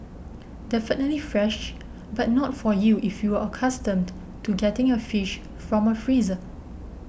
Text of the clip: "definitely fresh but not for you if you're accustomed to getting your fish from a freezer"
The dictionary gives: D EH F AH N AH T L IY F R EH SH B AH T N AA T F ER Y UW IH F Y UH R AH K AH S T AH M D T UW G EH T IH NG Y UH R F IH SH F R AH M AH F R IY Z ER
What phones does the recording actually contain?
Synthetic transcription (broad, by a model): D EH F AH N AH T L IY F R EH SH B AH T N AA T F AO Y UW IH F Y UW W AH K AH S T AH M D T UW G EH T IH NG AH F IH SH F R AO M AH F R IY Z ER